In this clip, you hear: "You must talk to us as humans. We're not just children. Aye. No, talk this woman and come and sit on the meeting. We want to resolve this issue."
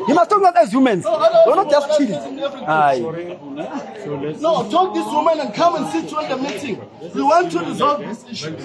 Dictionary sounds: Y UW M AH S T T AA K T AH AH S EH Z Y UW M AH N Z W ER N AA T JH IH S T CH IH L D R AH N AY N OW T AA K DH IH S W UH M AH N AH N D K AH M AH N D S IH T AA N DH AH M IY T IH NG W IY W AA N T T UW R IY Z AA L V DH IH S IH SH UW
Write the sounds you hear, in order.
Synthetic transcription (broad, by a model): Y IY M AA S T T AA K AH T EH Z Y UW M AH N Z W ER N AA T JH IH S T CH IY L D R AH AY N OW T AA K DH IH S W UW M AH N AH N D K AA M AH N D S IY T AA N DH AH M IY T IH NG W IY W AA N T T UW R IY Z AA L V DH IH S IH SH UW